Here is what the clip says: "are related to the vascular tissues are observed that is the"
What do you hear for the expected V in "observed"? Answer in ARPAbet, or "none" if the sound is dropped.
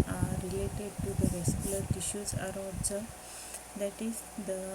none